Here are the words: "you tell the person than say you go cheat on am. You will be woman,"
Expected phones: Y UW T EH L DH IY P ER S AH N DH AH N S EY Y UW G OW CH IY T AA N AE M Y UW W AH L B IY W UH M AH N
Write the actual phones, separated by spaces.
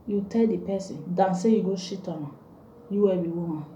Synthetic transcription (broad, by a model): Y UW T EH L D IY P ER S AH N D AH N S EY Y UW G OW SH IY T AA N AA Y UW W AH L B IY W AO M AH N